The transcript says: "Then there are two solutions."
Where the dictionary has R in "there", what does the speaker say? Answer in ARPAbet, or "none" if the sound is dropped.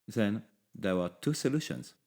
W